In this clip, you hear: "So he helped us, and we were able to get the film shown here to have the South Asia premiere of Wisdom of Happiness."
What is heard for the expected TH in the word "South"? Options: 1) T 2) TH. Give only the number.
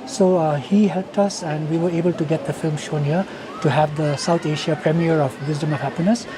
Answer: 1